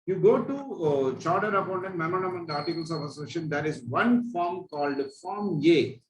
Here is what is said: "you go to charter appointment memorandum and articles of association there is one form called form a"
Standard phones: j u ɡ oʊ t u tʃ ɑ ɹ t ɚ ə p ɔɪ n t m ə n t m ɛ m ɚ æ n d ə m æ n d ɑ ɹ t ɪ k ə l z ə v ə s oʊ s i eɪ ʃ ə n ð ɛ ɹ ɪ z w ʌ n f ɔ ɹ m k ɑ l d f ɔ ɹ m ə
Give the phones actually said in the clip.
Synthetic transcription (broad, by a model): j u ɡ oʊ t u tʃ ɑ ɹ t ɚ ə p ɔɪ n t ə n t m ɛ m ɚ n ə m n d ɑ ɹ t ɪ k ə l s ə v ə s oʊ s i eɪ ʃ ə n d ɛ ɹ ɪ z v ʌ n f ɔ ɹ m k ɑ l d f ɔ ɹ m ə